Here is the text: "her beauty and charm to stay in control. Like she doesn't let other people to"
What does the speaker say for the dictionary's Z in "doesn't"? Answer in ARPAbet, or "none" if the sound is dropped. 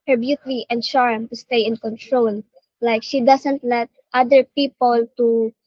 S